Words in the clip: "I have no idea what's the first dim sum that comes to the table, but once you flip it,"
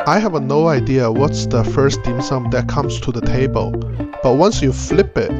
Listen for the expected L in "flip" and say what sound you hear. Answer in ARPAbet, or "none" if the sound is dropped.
L